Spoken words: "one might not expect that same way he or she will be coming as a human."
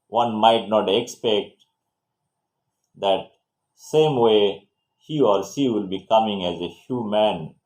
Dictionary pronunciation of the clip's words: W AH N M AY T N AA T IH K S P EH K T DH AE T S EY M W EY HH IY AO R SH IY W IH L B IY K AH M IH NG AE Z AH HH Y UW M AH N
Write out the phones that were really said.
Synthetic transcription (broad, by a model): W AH N M AY T N AA T IH K S P EH K T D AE T S EY M W EY HH IY AO R S IY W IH L B IY K AH M IH NG AE Z AH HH Y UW M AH N